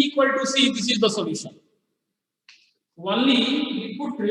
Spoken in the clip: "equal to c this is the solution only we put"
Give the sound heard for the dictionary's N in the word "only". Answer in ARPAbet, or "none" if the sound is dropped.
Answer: none